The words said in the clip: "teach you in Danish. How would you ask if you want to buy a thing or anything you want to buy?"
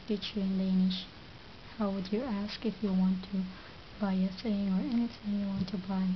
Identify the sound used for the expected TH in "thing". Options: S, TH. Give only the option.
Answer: S